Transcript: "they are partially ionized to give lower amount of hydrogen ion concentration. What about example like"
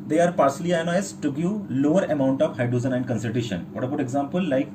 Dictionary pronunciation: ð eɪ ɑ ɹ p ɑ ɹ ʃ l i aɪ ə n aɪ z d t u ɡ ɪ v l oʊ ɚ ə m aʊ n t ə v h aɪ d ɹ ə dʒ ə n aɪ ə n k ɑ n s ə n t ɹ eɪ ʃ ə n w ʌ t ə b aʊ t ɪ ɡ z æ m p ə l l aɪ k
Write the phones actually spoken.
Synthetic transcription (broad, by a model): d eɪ ɑ ɹ p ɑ ɹ s l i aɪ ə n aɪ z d t u ɡ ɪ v l oʊ ɚ ə m aʊ n t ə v h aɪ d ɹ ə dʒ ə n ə n k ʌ n s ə t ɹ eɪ ʃ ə n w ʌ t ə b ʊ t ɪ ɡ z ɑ m p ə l l aɪ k